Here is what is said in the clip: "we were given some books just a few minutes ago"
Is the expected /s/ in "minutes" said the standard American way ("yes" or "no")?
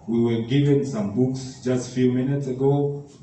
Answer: yes